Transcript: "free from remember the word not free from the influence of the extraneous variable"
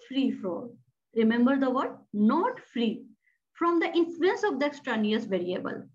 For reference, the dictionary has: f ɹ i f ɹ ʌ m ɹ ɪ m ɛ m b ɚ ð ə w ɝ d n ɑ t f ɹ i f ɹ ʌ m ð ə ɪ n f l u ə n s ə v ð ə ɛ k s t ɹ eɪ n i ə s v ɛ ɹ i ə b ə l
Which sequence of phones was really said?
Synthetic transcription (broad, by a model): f ɹ i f ɹ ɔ ɹ ɪ m ɛ m b ɚ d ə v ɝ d n ɑ t f ɹ i f ɹ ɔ m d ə ɪ n f l u ə n s ə v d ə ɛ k s t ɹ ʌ n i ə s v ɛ ɹ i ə b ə l